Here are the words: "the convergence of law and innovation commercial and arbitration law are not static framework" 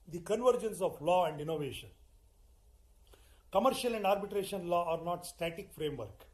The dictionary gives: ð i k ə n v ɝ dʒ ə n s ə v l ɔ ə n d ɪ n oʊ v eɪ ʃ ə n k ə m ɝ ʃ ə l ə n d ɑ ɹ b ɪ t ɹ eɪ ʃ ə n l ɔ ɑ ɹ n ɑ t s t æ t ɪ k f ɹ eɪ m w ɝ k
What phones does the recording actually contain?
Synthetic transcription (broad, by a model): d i k ə n v ɝ dʒ ə n s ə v l ɔ ə n d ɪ n oʊ v eɪ ʃ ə n k ə m ɝ ʃ ə l ə n d ɑ ɹ b ɪ t ɹ eɪ ʃ ə n l ɔ ɑ ɹ n ɑ t s t æ t ɪ k f ɹ eɪ m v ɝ k